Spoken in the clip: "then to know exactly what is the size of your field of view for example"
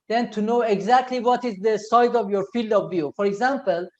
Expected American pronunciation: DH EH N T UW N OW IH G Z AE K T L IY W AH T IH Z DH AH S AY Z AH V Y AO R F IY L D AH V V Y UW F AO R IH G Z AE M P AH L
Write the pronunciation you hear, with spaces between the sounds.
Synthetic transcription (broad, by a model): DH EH N T UW N OW IH G Z AE K T L IY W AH T IH Z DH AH S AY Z AH V Y AO R F IY L D AH V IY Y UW F AO R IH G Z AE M P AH L